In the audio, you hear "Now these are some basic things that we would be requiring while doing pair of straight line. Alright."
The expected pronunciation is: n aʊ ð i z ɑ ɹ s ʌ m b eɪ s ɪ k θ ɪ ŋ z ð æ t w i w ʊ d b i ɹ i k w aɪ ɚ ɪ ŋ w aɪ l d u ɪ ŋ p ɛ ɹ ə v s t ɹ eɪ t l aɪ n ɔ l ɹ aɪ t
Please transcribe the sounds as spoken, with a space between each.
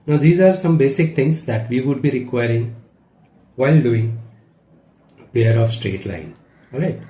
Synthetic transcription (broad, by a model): n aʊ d i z ɑ ɹ s ʌ m b eɪ s ɪ k t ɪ ŋ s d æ t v i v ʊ d b i ɹ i k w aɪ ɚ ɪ ŋ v aɪ l d u ɪ ŋ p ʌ ɹ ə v s t ɹ eɪ t l aɪ n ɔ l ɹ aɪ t